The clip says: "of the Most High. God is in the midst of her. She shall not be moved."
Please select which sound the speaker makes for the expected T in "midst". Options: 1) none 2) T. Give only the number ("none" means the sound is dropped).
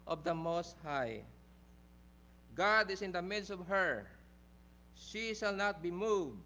2